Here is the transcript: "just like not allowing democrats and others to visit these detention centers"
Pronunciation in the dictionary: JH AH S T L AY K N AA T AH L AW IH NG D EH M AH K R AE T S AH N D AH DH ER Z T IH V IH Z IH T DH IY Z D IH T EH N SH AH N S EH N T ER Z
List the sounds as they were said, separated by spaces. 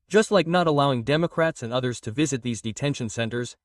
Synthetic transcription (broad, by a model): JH AH S T L AY K N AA T AH L AW IH NG D EH M AH K R AE T S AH N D AH DH ER Z T IH V IH Z IH T DH IY Z D IH T EH N SH AH N S EH N T ER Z